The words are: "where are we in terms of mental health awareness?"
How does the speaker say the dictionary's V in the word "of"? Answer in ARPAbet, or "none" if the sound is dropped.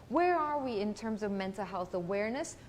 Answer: V